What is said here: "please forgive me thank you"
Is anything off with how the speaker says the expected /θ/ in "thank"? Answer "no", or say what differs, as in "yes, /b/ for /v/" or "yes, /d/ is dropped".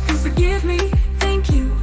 no